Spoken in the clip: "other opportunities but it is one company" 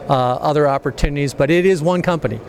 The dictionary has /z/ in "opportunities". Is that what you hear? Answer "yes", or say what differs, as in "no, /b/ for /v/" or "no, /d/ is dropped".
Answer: yes